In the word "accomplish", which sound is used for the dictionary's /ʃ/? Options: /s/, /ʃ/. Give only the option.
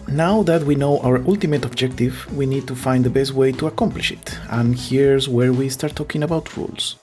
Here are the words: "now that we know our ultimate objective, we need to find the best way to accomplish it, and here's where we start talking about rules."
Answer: /ʃ/